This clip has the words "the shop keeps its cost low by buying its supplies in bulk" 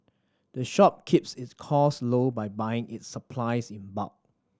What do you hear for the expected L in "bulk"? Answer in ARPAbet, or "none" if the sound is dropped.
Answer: none